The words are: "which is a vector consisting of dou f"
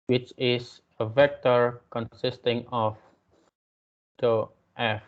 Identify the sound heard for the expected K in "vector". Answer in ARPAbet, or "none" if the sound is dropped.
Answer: K